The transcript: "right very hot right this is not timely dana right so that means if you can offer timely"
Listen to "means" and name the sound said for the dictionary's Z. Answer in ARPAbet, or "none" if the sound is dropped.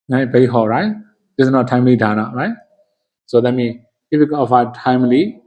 none